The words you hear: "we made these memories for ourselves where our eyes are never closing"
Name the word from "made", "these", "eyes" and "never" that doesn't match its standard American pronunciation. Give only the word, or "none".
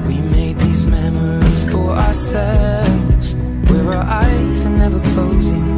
none